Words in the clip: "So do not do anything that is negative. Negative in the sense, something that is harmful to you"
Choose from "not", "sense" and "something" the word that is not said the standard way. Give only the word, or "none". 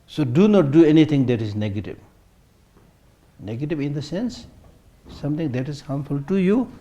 something